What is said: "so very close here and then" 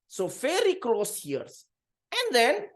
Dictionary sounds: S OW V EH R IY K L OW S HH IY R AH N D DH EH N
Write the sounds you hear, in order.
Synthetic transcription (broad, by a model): S OW F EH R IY K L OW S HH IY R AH N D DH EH N